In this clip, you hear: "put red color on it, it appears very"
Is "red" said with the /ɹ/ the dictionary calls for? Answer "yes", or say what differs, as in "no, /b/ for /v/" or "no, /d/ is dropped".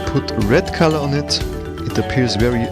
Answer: yes